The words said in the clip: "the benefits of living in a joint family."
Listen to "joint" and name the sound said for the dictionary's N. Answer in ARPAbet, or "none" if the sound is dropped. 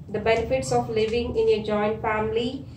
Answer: N